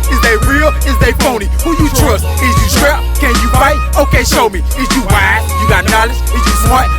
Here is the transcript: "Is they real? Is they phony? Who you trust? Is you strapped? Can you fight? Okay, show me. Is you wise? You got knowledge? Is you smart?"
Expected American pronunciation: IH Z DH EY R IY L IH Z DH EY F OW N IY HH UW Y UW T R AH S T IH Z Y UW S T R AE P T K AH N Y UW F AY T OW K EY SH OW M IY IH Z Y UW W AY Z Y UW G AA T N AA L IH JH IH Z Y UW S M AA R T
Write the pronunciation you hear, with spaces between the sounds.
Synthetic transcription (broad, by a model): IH Z DH EY R IY L IH Z DH EY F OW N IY HH UW Y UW T R AH S T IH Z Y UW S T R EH K AH N Y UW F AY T OW K EY SH OW M IY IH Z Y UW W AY Y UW G AA T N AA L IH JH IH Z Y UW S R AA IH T